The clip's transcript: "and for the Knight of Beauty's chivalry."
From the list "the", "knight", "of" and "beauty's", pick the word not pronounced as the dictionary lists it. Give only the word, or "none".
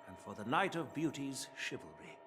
none